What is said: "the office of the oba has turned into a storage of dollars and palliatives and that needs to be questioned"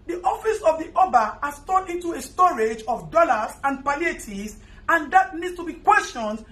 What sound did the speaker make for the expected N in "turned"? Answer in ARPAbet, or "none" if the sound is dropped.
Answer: none